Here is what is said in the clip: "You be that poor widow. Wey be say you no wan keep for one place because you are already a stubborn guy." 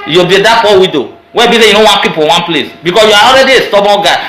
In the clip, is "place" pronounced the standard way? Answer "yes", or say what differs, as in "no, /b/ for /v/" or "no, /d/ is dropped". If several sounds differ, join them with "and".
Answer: yes